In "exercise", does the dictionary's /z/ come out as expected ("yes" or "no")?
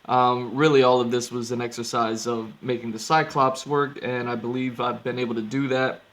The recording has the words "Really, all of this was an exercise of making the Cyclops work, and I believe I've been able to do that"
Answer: yes